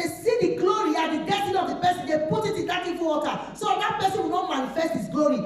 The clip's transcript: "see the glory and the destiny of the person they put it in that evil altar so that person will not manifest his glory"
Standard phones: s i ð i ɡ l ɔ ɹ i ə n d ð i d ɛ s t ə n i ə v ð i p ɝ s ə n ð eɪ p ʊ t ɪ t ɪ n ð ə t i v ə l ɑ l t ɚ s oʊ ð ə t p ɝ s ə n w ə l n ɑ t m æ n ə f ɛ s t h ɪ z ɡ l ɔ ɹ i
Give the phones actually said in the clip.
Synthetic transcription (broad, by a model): s i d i ɡ l ɔ ɹ i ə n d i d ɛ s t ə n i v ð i p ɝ s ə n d eɪ p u t ɪ t ɪ n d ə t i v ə w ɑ t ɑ s oʊ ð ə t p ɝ s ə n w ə n ɑ t m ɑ n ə f ɛ s t h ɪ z ɡ l ɔ ɹ i